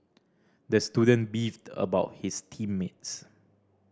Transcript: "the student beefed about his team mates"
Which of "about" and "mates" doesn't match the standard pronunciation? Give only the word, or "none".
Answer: none